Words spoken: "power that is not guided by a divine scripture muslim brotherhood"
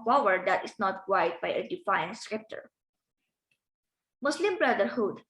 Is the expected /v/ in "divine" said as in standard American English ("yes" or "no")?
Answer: no